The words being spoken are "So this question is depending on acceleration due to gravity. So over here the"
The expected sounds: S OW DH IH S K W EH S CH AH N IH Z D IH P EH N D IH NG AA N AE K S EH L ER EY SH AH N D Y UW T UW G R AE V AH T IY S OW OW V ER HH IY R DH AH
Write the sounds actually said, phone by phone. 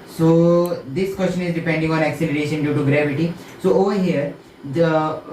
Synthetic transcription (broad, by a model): S OW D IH S K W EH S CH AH N IH Z D IH P EH N D IH NG AA N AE K S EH L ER EY SH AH N D Y UW T UW G R AE V AH T IY S OW OW V ER HH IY R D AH